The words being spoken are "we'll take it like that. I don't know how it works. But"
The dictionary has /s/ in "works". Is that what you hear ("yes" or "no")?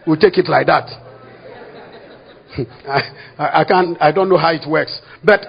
yes